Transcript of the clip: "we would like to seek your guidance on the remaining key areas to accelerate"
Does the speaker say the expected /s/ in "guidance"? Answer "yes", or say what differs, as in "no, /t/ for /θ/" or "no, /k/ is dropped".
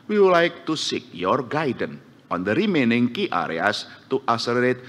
no, /s/ is dropped